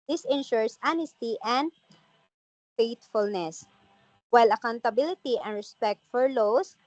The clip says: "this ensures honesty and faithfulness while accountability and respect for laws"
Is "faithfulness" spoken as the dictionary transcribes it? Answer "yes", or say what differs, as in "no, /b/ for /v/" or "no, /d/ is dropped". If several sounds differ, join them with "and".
no, /t/ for /θ/